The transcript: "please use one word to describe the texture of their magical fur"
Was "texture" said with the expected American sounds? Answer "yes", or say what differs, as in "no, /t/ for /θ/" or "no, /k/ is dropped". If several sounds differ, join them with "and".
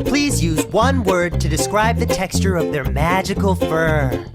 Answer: yes